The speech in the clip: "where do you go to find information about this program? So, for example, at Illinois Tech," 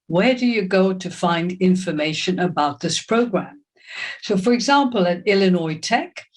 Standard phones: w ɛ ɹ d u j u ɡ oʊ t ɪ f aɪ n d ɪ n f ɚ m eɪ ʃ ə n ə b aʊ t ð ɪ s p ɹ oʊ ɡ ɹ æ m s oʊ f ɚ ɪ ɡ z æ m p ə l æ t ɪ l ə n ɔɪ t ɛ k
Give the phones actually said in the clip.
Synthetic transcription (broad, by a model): w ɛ ɹ d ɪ j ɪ ɡ oʊ t ɪ f aɪ n d ɪ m f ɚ m eɪ ʃ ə n ə b aʊ t ð ɪ s p ɹ oʊ ɡ ɹ æ m s oʊ f ɚ ɪ ɡ z æ m p ə l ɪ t ɪ l ə n ɔɪ t ɛ k